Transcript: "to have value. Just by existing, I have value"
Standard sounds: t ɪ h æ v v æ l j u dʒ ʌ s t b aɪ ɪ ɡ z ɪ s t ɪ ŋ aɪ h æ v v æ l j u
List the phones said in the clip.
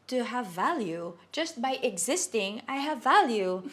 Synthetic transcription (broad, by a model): t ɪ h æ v v æ l j u dʒ ʌ s t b aɪ ɪ ɡ z ɪ s t ɪ ŋ aɪ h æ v v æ l j u